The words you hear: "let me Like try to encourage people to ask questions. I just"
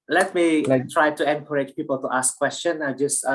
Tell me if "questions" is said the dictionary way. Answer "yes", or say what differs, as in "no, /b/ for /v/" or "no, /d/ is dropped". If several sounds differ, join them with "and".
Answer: no, /z/ is dropped